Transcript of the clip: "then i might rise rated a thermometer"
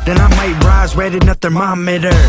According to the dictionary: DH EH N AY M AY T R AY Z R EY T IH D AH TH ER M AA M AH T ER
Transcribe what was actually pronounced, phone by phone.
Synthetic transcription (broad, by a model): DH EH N AY M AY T R AY Z W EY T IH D AH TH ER M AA M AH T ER